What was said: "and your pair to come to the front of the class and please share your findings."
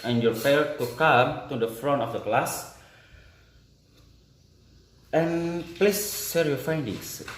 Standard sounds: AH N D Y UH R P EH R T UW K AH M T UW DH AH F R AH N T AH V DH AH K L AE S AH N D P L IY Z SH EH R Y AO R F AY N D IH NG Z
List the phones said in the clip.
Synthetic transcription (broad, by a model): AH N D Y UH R F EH L T UW K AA M T UW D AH F R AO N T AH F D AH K L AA S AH N P L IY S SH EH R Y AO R F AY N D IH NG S